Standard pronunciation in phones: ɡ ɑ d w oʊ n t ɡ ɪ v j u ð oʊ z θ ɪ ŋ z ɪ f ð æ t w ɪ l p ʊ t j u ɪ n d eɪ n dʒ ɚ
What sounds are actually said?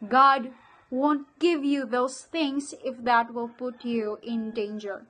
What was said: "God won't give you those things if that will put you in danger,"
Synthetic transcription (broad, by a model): ɡ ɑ d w oʊ n t ɡ ɪ v j u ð oʊ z t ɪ ŋ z ɪ f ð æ t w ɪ l p ʊ t j u ɪ n d eɪ n dʒ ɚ